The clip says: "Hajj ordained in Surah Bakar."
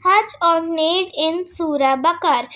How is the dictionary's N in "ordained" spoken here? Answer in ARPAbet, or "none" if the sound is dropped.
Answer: none